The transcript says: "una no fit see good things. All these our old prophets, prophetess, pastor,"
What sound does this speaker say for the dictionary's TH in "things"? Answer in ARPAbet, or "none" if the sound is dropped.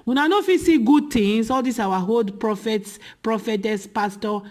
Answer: T